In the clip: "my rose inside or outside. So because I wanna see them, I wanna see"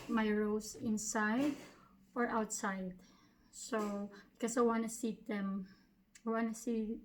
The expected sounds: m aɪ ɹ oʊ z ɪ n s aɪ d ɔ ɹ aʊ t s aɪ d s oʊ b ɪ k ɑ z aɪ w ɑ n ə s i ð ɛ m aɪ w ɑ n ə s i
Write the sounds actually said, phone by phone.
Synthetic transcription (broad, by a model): m aɪ ɹ oʊ s ɪ n s aɪ d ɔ ɹ aʊ t s aɪ d s oʊ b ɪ k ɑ s aɪ w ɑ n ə s i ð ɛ m aɪ w ɑ n ə s i